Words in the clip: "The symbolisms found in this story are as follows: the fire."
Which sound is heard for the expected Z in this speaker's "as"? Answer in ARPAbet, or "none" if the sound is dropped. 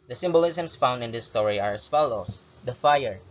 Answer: S